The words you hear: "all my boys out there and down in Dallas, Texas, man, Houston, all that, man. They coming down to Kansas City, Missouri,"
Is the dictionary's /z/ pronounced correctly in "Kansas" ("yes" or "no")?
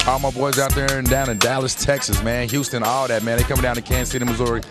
no